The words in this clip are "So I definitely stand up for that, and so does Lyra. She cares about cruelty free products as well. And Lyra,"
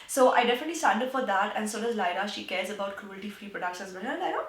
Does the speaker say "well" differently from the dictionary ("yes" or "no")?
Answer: yes